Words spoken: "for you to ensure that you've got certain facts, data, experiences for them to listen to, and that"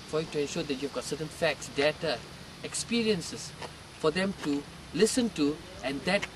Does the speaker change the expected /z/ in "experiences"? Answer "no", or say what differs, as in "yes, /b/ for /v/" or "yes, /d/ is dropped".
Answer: yes, /s/ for /z/